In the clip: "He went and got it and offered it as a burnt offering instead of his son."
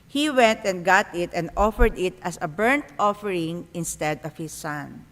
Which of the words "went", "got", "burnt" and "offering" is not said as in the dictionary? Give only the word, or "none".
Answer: none